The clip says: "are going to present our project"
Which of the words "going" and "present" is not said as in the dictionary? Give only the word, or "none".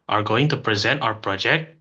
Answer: none